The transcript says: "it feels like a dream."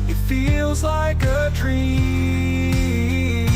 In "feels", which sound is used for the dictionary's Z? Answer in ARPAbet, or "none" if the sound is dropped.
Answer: Z